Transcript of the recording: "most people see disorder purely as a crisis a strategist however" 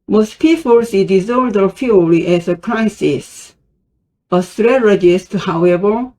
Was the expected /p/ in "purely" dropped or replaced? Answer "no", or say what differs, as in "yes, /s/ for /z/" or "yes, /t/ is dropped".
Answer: yes, /f/ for /p/